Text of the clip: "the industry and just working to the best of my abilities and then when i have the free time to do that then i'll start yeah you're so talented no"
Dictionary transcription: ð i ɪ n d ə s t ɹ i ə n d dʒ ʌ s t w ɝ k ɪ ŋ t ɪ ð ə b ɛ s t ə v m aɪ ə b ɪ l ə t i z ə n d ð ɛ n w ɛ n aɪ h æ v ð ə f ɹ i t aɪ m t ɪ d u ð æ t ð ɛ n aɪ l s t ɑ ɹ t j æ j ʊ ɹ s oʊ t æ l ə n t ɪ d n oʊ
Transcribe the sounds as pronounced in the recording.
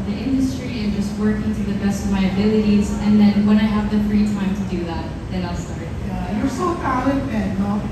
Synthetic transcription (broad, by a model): ð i ɪ n d ə s t ɹ i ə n dʒ ʌ s t w ɝ k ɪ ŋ t ɪ ð ə b ɛ s t ə v m aɪ ə b ɪ l ə t i z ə n ð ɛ n w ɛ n aɪ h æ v ð ə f ɹ i t aɪ m t ɪ d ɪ ð æ t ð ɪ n aɪ l s t ɑ ɹ t j æ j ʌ ɹ s oʊ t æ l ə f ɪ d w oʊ